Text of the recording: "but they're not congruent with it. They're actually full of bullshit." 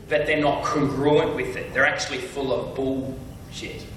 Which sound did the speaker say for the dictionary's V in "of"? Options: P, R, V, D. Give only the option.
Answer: V